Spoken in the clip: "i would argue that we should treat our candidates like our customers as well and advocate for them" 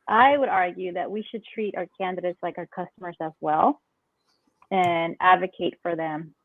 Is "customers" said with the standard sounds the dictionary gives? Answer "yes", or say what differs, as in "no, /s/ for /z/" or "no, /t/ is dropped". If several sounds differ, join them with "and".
yes